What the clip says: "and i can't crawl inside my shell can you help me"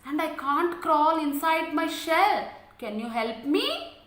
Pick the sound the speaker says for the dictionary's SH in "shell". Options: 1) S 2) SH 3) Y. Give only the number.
2